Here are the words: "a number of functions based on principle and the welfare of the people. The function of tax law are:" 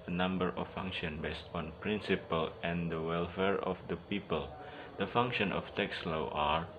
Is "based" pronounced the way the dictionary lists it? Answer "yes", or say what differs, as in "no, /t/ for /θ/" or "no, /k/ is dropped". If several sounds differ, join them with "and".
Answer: yes